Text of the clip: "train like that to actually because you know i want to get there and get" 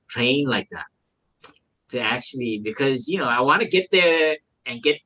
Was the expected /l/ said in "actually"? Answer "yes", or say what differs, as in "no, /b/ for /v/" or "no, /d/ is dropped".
yes